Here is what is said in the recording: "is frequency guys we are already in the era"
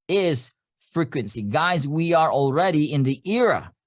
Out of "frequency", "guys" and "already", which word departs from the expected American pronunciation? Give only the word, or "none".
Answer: none